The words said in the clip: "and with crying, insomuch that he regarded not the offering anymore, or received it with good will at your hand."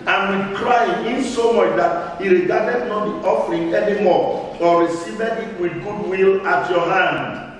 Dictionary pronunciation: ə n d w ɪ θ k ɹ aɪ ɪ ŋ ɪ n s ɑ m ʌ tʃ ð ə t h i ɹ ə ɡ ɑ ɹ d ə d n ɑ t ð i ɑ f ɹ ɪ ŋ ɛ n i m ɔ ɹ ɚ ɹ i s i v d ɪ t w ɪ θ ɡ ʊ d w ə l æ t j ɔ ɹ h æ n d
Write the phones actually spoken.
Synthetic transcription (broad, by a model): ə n w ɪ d k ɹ aɪ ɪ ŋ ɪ n s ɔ m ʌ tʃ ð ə t h i ɹ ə ɡ ɑ d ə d n ɑ t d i ɑ f ɹ ɪ ŋ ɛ n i m ɔ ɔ ɹ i s i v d ɪ t w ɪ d ɡ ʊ d w ə l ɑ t j ɔ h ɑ n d